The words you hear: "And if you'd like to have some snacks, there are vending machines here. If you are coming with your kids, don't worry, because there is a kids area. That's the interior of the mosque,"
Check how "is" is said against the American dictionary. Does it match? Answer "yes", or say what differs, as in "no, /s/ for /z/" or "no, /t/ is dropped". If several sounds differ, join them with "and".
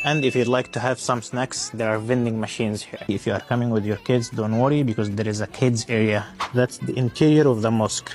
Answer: yes